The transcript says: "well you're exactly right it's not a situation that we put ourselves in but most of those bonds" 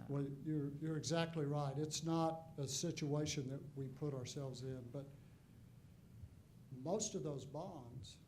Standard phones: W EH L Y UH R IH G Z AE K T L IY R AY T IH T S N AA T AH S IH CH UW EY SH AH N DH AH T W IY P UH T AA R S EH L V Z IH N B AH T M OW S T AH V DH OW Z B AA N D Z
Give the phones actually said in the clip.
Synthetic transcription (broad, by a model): W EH L Y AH R IH G Z AE K T L IY R AY T IH T S N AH T AH S IH CH UW EY SH AH N DH AH T W IY P UH T AA R S EH L V Z IH N B AH T M OW S T AH V DH OW Z B AA N D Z